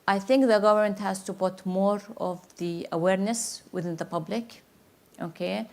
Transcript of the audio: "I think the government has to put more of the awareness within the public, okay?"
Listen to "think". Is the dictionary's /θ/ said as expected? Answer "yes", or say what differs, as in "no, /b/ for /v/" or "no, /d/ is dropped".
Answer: yes